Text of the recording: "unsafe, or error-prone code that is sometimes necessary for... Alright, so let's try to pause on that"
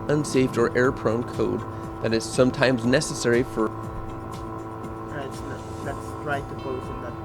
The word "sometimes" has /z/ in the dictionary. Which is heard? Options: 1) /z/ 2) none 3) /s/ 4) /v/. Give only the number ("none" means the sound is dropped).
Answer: 1